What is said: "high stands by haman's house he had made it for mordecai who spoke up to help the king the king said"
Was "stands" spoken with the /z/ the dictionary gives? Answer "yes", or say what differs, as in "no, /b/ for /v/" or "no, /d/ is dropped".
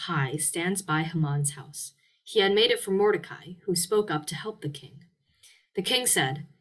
yes